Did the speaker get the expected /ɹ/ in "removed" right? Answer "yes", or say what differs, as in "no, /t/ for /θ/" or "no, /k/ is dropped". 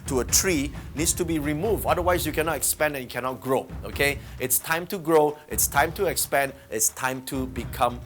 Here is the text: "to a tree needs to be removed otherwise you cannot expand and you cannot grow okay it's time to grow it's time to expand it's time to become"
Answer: yes